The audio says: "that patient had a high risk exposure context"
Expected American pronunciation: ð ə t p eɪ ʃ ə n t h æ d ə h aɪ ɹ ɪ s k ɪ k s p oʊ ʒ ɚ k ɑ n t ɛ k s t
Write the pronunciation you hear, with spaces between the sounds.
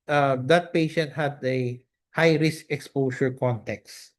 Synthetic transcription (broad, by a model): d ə t p eɪ ʃ ə n t h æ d ə h aɪ ɹ ɪ s k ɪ k s p oʊ s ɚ k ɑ n t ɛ k s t